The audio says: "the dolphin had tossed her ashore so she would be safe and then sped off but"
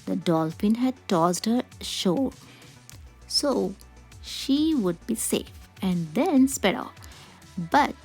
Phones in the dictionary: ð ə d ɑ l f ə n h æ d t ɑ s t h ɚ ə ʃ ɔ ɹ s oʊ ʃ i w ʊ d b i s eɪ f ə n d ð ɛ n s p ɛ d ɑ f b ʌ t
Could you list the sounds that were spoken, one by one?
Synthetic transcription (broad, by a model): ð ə d ɑ l f ə n h æ d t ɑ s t h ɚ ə ʃ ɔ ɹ s oʊ ʃ i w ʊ d b i s eɪ f ə n d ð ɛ n s p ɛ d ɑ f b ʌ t